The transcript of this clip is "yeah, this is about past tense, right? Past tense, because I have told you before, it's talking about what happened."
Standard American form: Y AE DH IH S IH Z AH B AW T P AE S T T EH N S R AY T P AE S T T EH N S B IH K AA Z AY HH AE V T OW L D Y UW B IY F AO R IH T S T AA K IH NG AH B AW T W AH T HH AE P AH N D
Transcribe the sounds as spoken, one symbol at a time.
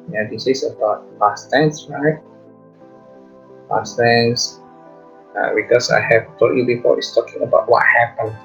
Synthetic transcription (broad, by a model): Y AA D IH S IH S AH B AW T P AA S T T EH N S R AY T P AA S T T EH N S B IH K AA S AY HH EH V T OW D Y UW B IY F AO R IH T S T AA K IH NG AH B AW T W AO T HH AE P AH N